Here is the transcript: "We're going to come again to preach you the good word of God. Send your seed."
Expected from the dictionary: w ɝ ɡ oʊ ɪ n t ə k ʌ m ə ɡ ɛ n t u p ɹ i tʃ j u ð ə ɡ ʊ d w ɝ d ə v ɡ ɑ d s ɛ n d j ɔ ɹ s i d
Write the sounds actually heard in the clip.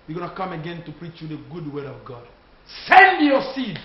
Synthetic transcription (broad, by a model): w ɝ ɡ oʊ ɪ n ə k ʌ m ə ɡ ɛ n t u p ɹ i tʃ j u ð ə ɡ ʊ d w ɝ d ə v ɡ ɑ d s ɛ n d j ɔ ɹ s i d